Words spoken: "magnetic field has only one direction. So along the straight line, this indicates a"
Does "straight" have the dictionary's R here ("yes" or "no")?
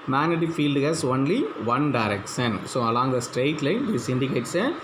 yes